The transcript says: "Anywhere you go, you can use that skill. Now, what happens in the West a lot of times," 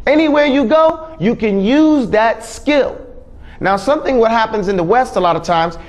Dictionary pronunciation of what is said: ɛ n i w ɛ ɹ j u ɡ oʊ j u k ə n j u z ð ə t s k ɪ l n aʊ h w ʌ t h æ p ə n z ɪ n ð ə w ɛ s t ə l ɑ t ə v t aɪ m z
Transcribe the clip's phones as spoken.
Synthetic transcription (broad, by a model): ɛ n i w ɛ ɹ j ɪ ɡ oʊ j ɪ k ə n j u z ð ə t s k ɪ l n aʊ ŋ w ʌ t h æ p ə n z ɪ n ð ə w ɛ s t ə l ɑ t ə v t aɪ m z